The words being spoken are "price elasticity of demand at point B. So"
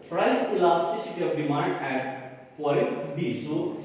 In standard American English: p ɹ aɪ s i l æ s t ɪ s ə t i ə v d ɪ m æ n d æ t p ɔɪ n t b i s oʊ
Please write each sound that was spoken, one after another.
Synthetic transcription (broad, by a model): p ɹ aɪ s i l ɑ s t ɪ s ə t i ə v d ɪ m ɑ n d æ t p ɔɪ t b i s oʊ